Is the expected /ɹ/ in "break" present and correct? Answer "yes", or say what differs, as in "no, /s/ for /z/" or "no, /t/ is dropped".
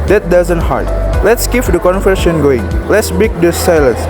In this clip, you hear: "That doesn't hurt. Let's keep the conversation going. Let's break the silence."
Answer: no, /ɹ/ is dropped